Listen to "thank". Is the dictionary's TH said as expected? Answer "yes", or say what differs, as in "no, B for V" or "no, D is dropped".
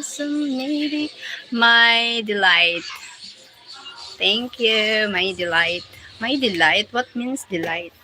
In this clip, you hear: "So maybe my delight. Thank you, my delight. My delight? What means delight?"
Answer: no, T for TH